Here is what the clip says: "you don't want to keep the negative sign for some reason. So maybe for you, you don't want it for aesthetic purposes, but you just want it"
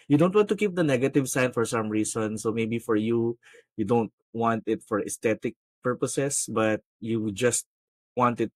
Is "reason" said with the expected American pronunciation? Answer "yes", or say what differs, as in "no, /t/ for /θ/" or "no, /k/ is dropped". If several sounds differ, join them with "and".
no, /s/ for /z/